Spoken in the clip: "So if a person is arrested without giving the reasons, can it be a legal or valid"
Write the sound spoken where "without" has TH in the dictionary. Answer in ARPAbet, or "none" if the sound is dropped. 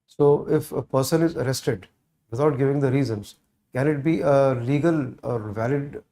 T